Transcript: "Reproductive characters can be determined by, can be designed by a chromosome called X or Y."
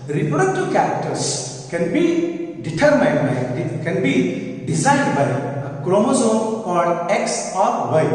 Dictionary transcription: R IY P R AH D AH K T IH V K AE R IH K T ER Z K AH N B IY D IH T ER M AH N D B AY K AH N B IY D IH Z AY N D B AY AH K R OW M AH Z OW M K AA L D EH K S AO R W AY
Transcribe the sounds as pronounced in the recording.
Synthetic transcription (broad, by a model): R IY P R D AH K T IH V K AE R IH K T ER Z K AH N B IY D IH T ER M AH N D B AY K AH N B IY D IH Z AY N D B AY AH K R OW M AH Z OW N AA D EH K S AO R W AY